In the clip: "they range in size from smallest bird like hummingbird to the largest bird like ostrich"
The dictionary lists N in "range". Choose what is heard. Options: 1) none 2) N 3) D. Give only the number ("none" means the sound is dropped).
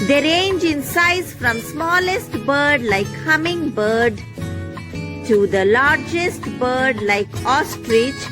2